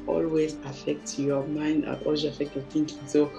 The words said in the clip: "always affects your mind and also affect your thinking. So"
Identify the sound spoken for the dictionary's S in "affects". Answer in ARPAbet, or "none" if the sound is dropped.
none